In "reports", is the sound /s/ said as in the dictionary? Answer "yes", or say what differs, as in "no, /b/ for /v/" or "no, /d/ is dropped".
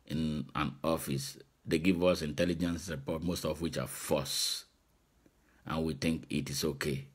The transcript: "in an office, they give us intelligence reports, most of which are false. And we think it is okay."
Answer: no, /s/ is dropped